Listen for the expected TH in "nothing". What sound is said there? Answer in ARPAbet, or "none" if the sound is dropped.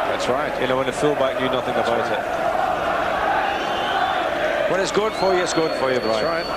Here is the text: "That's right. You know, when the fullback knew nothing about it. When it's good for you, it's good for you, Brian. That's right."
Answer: TH